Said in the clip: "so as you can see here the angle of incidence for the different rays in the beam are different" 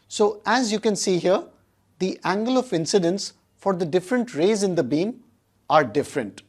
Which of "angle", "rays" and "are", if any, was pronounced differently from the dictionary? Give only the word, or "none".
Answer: none